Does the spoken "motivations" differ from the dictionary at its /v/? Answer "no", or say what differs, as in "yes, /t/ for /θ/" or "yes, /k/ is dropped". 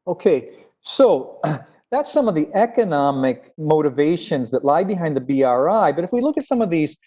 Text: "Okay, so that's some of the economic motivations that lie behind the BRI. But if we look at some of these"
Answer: no